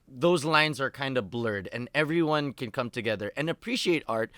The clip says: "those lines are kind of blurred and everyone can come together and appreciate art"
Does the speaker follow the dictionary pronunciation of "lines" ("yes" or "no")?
yes